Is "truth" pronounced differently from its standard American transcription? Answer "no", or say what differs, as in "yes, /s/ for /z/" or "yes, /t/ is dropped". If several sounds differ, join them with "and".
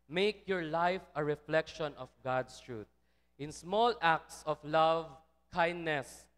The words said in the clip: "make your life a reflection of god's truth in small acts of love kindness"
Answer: yes, /t/ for /θ/